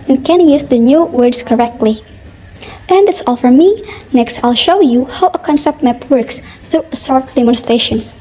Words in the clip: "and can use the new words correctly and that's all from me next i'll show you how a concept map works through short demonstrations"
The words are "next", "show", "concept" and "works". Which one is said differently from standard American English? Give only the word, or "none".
none